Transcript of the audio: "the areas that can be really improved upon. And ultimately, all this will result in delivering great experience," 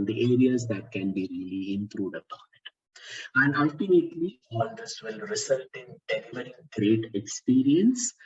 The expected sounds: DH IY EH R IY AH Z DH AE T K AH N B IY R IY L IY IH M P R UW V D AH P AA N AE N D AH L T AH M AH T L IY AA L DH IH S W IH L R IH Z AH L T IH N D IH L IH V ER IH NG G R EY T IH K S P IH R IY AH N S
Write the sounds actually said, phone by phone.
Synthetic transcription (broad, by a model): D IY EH R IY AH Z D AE T K AH N B IY R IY L IY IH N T R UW D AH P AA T AE N D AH L T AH M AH T L IY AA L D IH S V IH L R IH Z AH L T IH N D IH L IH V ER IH G R EY T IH K S P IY R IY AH N S